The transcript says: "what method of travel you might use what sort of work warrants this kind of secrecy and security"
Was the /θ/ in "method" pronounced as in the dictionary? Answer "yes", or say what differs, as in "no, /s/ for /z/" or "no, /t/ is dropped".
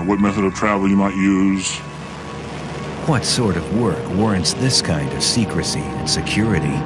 yes